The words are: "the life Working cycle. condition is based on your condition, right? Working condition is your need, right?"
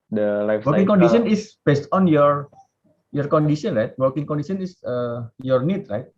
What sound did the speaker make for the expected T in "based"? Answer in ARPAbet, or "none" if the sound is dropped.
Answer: T